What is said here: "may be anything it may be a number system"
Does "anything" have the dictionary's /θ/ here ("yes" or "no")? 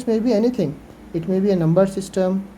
no